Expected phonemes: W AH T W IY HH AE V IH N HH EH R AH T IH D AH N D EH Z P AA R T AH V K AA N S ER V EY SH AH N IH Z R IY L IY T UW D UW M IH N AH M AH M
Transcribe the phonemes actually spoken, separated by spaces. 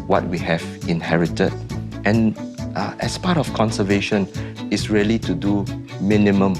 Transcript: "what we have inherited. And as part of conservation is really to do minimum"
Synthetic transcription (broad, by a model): W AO T W IY HH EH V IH N HH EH R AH T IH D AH N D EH S P AA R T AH F K AA N S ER V EY SH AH N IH S R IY L IY T UW D UW M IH N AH M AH M